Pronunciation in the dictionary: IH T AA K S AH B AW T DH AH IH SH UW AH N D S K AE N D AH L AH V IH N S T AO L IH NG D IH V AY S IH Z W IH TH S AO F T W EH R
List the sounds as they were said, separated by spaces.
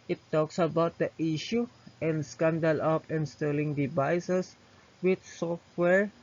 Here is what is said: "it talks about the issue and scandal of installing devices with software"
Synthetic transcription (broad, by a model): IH T AA K S AH B AW T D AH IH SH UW AH N D S K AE N D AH L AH P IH N S T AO L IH NG D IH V AY S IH S W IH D S AO F T W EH R